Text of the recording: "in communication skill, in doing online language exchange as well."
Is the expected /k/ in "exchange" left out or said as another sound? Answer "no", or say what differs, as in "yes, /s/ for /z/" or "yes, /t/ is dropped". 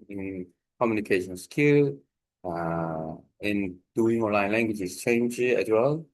yes, /k/ is dropped